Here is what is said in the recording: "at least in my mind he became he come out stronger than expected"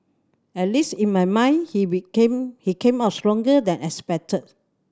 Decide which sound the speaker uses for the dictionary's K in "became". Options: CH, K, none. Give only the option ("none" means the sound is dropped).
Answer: none